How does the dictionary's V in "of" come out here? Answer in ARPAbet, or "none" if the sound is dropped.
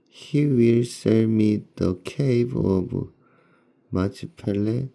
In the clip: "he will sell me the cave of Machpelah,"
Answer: B